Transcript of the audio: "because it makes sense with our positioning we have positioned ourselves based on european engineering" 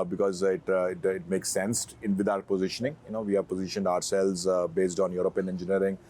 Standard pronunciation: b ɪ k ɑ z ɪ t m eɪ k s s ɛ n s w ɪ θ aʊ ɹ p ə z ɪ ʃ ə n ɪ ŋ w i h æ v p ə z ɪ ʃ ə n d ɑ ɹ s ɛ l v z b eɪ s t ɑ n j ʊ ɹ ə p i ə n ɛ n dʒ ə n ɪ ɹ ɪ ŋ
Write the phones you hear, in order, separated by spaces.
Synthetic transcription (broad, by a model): b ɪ k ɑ z ɪ t m eɪ k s s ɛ n s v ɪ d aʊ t p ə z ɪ ʃ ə n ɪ ŋ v i h æ v p ə z ɪ ʃ ə n d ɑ ɹ s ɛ l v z b eɪ s t ɑ n j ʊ ɹ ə p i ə n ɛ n dʒ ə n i ɹ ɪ ŋ